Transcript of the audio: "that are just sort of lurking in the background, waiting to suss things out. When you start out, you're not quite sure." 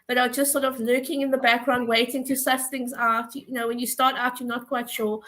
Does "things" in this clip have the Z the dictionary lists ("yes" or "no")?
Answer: yes